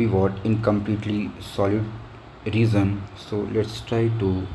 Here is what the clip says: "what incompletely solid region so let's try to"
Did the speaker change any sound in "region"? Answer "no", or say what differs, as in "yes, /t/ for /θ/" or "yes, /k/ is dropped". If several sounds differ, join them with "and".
yes, /z/ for /dʒ/